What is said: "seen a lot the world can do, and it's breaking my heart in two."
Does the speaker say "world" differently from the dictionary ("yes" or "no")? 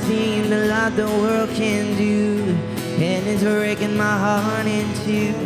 no